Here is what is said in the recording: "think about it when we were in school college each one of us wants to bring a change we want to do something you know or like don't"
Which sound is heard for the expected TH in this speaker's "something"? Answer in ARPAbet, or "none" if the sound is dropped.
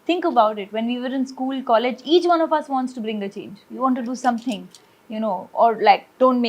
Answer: T